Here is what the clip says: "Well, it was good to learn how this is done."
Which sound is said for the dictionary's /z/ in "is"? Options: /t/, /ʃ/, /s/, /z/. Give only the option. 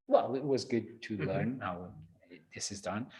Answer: /z/